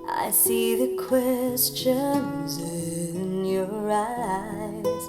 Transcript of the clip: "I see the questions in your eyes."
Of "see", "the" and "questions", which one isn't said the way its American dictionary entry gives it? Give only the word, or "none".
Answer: none